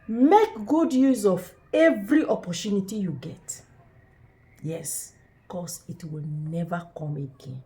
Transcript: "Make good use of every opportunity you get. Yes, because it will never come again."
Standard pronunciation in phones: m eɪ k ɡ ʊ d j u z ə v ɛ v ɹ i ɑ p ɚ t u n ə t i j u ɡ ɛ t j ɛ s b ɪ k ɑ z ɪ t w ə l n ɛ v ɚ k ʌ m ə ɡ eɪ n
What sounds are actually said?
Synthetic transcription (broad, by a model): m eɪ k ɡ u d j u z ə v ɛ v ɹ i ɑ p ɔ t u n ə t i j u ɡ ɛ t j ɛ s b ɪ k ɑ s ɪ t w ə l n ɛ v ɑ k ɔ m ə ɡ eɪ n